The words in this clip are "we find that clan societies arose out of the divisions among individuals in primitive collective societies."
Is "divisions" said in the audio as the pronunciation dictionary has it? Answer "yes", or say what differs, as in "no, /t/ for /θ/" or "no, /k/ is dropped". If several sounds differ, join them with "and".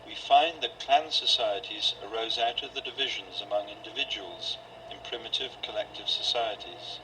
yes